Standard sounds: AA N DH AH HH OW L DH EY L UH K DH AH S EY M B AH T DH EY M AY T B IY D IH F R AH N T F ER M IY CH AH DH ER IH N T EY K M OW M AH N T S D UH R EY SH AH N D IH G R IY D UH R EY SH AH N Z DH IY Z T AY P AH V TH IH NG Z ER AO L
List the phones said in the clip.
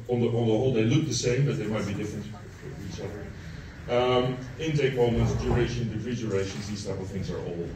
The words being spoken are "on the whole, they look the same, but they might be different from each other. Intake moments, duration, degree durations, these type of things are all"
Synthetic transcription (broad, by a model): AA N DH AH HH OW L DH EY L UH K DH AH S EY M B AH T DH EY M AY T B IY D IH F R AH N T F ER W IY S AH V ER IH N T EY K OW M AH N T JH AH R EY SH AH N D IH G R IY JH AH R EY SH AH N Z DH IY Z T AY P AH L TH IH NG Z ER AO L